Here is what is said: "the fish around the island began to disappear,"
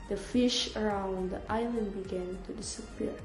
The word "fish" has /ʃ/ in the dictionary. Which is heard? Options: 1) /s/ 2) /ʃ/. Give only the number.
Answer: 2